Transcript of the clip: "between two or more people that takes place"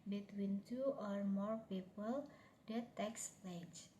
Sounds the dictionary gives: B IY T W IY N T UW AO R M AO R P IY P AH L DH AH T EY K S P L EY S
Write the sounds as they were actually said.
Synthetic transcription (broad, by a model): B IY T W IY N T UW AO R M AO R P IY P AH L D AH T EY K S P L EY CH